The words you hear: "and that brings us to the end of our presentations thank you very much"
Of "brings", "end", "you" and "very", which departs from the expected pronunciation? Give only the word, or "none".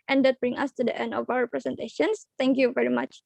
brings